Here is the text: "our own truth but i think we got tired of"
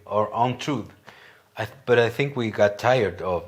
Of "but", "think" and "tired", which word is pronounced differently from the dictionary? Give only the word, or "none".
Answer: none